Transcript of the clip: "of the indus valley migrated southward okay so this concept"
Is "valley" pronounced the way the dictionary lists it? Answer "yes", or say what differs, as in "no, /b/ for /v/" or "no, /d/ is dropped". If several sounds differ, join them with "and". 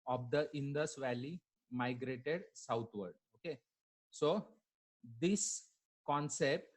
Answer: yes